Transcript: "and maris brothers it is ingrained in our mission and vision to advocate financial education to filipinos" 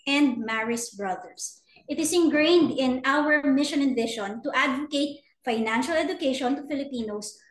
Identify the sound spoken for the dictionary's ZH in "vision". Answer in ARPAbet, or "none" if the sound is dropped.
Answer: SH